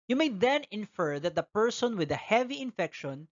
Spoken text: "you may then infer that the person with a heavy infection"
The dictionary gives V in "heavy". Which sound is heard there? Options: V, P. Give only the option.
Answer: V